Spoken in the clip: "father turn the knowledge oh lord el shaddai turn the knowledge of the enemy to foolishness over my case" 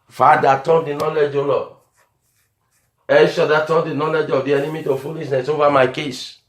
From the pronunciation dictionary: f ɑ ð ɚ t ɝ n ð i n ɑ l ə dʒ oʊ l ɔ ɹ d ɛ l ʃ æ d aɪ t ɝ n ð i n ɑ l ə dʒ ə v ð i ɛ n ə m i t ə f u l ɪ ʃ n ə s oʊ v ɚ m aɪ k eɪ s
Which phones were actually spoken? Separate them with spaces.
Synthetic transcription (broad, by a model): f ɑ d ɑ t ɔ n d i n ɑ l ə dʒ oʊ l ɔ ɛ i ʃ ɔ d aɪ t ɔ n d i n ɑ l ə dʒ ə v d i ɛ n ə m i t ə f u l ɪ ʃ n ə s oʊ v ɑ m aɪ k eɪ s